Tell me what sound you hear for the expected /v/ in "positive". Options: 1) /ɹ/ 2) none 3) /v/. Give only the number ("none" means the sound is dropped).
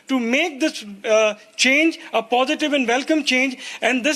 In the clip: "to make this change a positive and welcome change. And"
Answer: 3